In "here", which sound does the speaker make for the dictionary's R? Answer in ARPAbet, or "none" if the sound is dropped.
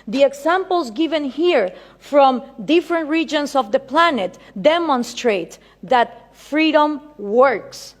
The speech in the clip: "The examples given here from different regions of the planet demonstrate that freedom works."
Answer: R